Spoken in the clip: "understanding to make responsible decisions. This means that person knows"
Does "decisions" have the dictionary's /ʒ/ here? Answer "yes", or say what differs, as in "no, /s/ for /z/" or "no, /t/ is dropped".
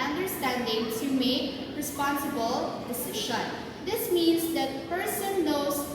no, /ʃ/ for /ʒ/